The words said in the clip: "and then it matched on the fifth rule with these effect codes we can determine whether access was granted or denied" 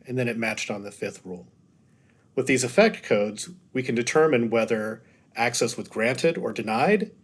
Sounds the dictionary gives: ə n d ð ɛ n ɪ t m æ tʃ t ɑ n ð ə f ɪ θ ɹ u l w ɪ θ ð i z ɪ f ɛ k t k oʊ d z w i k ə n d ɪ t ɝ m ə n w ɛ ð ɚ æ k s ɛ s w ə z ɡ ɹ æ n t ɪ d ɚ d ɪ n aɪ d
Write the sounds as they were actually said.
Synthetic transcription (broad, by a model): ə n ð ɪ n ɪ t m æ tʃ t n ð ə f ɪ θ ɹ u l w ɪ ð i z ɪ f ɛ k t k oʊ d z w i k ə n d ɪ t ɝ m ə n w ɛ ð ɚ æ k s ɛ s w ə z ɡ ɹ æ n t ɪ d ɚ d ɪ n aɪ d